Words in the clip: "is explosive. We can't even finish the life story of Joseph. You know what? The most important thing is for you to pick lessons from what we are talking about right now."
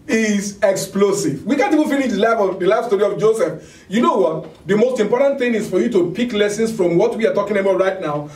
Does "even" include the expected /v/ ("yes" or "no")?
no